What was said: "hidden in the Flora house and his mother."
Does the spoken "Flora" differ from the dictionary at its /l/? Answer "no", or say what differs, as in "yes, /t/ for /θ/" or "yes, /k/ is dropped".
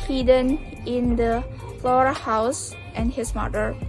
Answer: no